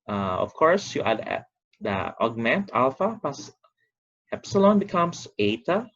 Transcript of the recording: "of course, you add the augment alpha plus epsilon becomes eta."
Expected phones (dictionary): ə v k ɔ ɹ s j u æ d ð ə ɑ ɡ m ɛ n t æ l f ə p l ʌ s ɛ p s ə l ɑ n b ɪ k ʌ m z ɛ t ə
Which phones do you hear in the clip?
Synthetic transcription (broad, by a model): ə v k ɔ ɹ s j u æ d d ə ɑ ɡ m ɛ n t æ l f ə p ʌ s ɛ p s ə l ɑ n b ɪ k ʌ m s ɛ t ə